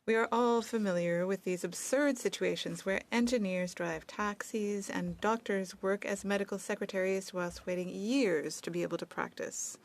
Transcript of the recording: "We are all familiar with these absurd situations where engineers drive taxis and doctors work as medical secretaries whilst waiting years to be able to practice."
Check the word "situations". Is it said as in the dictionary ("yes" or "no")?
yes